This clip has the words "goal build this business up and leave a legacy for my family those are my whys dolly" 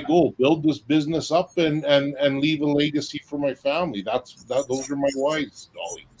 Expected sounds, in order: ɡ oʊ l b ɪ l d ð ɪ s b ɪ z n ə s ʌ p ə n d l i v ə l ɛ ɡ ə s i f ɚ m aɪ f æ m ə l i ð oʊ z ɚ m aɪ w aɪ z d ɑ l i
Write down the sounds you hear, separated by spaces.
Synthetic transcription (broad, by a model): ɡ oʊ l b ɪ l d ð ɪ s b ɪ z n ə s ʌ p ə n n l i v ə l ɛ ɡ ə s i f ɚ m aɪ f æ m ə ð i ð oʊ z ɚ m aɪ w aɪ z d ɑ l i